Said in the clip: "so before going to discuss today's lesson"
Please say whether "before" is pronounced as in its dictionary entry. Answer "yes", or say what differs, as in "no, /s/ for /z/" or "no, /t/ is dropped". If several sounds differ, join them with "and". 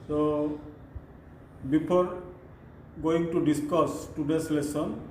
no, /p/ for /f/